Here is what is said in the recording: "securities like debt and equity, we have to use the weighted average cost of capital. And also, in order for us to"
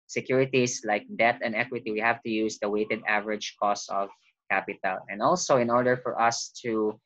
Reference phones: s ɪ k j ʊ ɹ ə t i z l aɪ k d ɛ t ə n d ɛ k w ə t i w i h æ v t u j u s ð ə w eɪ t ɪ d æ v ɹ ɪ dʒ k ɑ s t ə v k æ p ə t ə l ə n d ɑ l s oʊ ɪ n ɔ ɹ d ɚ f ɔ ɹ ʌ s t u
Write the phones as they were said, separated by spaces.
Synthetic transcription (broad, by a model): s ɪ k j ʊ ɹ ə t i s l aɪ k d ɛ t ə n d ɛ k w ə t i w i h æ v t u j u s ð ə w eɪ t ɪ d æ v ɹ ɪ dʒ k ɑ s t ə v k æ p ə t ə l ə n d ɑ l s oʊ ɪ n ɔ ɹ d ɚ f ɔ ɹ ʌ s t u